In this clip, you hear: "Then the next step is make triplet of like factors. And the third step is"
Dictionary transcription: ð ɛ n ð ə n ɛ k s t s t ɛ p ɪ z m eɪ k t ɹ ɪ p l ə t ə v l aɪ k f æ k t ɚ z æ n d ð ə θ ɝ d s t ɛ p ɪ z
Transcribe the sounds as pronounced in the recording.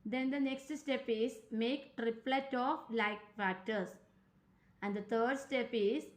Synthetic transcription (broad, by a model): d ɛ n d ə n ɛ k s t s t ɛ p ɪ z m eɪ k t ɹ ɪ p l ə t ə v l aɪ k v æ t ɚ s æ n d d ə t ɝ d s t ɛ p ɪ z